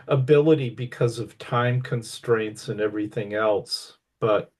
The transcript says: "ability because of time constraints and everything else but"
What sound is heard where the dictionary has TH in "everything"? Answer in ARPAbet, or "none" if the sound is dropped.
TH